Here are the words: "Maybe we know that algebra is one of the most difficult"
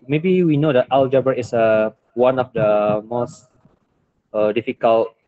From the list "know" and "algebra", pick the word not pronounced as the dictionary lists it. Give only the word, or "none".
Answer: algebra